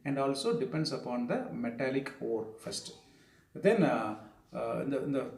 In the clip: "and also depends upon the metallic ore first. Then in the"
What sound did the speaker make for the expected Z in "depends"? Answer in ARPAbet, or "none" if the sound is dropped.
S